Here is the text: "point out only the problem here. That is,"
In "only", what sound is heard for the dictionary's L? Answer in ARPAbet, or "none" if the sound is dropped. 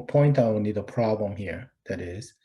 none